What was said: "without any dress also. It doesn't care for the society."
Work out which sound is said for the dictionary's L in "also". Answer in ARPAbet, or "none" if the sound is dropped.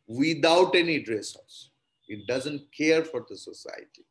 none